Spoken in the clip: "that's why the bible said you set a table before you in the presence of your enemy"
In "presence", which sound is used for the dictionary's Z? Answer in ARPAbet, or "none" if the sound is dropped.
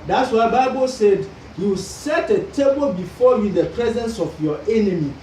Z